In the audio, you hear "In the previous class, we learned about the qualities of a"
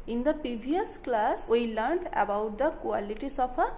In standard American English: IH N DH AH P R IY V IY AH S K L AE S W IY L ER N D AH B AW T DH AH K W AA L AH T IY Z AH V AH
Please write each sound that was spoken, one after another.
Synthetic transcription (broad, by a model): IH N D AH P IY B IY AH S K L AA S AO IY L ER N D AH B AW T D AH K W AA L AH T IY S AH P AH